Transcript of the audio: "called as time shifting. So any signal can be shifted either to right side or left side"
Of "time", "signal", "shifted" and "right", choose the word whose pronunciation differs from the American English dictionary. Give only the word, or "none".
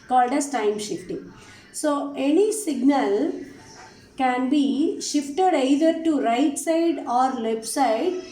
none